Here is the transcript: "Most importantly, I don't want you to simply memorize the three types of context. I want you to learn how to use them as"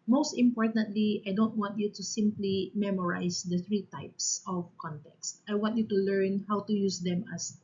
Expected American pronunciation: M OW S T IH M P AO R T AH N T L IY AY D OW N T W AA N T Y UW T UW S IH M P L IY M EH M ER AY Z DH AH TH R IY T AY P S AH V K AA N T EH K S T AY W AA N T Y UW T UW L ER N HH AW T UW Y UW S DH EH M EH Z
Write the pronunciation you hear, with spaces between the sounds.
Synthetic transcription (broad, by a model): M OW S T IH M P AO R T AH N T L IY AY D OW N T W AA N T Y UW T UW S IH M P L IY M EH M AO AY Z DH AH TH R IY T AY P S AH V K AA N T EH K S T AY W AA N T Y UW T UW L ER N HH AW T UW Y UW S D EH M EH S